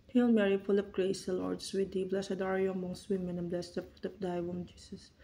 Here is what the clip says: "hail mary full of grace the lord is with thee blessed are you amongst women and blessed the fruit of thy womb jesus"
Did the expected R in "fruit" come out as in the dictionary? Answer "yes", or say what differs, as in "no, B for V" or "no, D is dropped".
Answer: no, R is dropped